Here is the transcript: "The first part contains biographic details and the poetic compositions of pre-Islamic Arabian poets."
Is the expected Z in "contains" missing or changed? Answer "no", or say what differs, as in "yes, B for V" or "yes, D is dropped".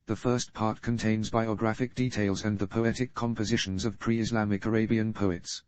no